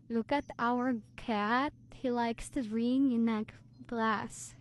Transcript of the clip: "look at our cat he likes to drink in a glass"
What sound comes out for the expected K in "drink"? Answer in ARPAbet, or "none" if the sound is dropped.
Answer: none